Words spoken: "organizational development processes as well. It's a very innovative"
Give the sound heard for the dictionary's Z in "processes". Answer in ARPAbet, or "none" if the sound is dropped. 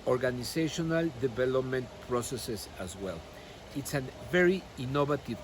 S